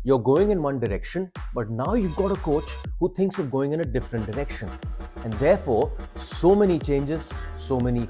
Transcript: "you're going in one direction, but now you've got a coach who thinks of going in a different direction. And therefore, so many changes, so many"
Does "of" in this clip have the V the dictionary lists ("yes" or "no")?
yes